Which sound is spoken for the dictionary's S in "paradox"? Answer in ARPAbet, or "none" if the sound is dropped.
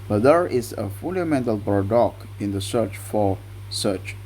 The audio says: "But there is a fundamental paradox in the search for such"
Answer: none